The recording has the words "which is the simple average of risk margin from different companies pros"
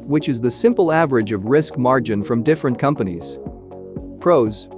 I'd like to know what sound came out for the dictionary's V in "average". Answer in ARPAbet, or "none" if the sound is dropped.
V